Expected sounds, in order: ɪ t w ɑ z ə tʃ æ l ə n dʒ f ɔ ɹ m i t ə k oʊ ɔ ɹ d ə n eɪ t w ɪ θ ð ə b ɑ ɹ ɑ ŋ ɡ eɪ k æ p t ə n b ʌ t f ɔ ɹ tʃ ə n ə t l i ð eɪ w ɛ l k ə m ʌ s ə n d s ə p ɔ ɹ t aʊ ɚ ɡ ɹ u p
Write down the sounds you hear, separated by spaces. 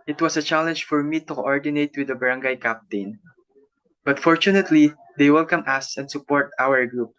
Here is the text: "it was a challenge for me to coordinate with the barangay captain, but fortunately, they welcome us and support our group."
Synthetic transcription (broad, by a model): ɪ t w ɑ s ə tʃ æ l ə n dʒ f ɔ ɹ m i t ə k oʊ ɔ ɹ d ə n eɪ t w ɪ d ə b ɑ ɹ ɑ ŋ ɡ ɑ k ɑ p t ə n b ʌ t f ɔ ɹ tʃ ə n ə t l i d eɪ w ɛ l k ə m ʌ s ə n d s ə p ɔ ɹ t aʊ ɚ ɡ ɹ u p